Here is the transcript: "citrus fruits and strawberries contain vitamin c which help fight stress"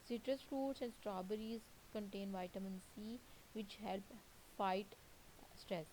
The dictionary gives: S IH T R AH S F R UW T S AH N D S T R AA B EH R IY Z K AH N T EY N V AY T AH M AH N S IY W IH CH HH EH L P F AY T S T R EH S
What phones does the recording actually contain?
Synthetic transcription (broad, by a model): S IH T R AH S F R UW T S AH N D S T R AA B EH R IY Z K AH N T EY N V AY T AH M AH N S IY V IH CH HH EH L P F AY T S T R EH S